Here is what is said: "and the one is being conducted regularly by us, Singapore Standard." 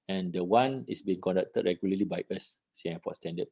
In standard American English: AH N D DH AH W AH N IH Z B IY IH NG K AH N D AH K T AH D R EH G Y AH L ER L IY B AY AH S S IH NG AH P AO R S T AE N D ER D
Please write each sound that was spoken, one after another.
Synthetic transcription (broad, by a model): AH N D AH W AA N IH S B IY IH NG K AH N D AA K T AH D R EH G Y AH L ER L IY B AY AH S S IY AH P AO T S T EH N D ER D